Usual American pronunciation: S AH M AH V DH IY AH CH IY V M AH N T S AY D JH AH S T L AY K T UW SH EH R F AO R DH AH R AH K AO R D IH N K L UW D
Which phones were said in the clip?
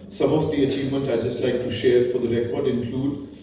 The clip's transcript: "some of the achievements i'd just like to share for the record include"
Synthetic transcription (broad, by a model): S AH M AH V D IY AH CH IY V M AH N T AY JH AH S T L AY K T UW SH EH R F AO R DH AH R AH K AO R D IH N K L UW D